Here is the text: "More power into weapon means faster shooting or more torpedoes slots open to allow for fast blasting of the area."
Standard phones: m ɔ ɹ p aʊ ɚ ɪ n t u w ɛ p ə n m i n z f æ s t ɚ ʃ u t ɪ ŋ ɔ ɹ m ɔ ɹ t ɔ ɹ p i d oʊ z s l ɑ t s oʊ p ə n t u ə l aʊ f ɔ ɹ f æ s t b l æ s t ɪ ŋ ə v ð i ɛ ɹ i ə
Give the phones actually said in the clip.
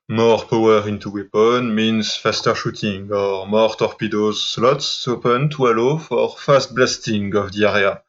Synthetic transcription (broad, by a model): m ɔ ɹ p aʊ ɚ ɪ n t u w ɛ p ə n m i n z f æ s t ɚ ʃ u t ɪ ŋ ɔ ɹ m ɔ ɹ t ɔ ɹ p i d oʊ z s l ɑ t s oʊ p ə n t u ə l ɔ f ɔ ɹ f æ s t b l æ s t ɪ ŋ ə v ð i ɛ ɹ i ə